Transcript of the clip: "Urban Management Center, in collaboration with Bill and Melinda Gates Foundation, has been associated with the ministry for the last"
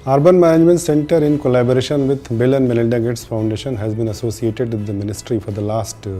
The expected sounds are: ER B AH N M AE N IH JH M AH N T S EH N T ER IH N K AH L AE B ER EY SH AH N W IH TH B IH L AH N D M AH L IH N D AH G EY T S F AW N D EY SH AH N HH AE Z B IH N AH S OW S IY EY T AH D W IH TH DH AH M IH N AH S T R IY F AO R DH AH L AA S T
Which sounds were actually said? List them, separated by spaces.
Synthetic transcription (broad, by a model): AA B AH N M AE N IH JH M AH N T S EH N T ER IH N K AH L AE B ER EY SH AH N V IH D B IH L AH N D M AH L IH L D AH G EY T S F AW N D EY SH AH N HH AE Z B IH N AH S OW S IY EY T AH D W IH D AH M IH N AH S T R IY F AO R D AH L AA S T